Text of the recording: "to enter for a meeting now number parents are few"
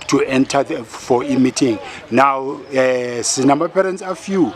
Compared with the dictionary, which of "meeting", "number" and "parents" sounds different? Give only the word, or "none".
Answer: number